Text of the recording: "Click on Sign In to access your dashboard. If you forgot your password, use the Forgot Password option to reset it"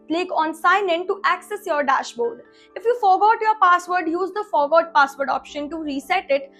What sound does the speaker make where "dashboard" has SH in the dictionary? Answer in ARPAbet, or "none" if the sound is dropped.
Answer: SH